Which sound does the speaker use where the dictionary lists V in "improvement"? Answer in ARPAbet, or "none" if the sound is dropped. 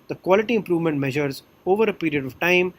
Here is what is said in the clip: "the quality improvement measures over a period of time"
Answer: V